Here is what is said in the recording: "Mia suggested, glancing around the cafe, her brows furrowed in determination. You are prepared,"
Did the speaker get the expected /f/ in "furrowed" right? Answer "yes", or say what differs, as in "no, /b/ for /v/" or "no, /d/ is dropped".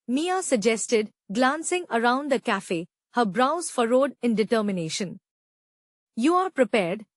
yes